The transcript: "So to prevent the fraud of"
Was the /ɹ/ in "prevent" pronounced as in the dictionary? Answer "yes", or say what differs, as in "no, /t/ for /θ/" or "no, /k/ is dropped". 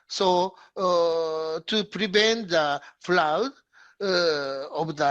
yes